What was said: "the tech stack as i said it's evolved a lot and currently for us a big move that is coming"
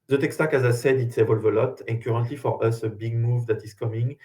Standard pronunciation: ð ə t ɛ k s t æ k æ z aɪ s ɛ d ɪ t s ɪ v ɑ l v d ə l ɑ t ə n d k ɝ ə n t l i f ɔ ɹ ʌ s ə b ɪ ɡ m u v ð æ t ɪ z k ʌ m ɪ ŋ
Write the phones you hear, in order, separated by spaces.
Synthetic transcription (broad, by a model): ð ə t ɛ k s t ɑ k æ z aɪ s ɛ d ɪ t s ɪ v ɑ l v ə l ɑ t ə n k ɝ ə n t l i f ɔ ɹ ʌ s ə b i ɡ m u v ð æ t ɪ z k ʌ m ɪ ŋ